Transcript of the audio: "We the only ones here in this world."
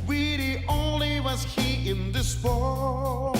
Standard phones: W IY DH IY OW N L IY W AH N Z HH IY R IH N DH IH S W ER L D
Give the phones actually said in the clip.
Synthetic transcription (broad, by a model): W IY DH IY OW N L IY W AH Z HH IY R IH N DH IH S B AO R